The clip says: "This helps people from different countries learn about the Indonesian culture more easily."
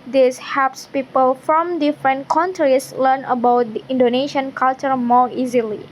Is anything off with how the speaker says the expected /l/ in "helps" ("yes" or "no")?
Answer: yes